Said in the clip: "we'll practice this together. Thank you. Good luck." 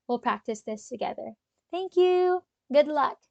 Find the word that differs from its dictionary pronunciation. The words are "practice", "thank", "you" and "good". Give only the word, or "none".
none